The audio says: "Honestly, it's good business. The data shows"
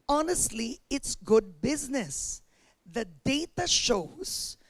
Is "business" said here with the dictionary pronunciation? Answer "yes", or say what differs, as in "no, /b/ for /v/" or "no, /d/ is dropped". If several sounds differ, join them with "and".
yes